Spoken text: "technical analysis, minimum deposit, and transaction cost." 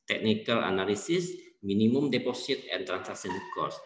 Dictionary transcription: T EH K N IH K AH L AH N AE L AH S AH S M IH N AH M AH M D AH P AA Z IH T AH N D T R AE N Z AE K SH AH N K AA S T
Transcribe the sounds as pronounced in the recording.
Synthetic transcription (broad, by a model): T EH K N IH K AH L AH N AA L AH S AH S M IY N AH M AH M D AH P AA S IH T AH N T R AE N S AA K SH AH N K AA S